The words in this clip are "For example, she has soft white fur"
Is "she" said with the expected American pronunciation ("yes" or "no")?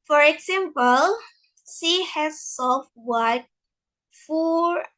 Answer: no